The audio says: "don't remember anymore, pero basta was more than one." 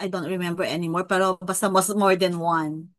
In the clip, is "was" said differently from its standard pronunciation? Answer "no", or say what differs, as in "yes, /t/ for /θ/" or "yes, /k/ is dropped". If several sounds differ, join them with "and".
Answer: yes, /s/ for /z/